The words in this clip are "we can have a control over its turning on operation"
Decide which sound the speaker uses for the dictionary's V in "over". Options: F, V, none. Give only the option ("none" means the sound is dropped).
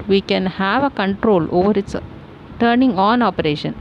V